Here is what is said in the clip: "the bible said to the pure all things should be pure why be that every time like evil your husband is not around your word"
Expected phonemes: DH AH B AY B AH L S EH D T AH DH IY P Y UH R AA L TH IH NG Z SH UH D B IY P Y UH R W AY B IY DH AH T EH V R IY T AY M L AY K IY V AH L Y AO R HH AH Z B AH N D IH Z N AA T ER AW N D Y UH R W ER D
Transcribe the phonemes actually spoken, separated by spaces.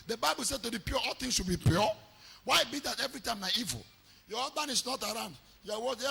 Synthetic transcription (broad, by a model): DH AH B AY B AH L S EH D T AH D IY P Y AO AA L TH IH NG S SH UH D B IY P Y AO W AY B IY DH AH T EH V R IY T AY M N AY IY V AH L Y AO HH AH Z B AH N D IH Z N AA T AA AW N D Y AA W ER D